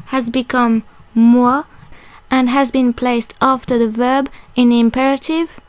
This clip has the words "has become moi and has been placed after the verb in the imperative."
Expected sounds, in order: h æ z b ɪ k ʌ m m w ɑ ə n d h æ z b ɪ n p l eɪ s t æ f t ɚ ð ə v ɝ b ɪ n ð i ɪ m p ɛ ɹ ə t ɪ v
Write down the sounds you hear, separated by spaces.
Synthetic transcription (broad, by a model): h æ z b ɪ k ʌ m m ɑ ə n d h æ z b ɪ n p l eɪ s t æ f t ɚ ð ə v ɝ b ɪ n ð i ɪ m p ɛ ɹ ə t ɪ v